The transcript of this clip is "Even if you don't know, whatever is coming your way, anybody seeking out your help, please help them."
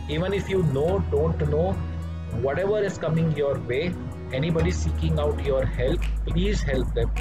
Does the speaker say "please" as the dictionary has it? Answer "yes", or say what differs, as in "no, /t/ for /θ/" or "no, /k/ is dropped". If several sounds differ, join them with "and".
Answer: yes